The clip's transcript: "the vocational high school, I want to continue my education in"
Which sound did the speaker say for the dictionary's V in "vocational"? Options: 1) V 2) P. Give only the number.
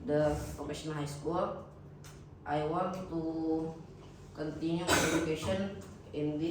2